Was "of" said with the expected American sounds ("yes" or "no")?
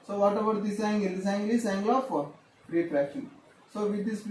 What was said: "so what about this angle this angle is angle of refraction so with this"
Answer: no